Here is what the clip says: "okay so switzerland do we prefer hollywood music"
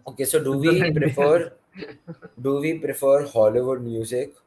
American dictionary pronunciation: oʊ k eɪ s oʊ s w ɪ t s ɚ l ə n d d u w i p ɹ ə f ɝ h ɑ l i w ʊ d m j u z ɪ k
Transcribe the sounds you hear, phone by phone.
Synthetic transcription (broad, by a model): oʊ k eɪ s oʊ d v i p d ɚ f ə d d u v i p ɹ ə f ɝ h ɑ l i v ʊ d m j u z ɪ k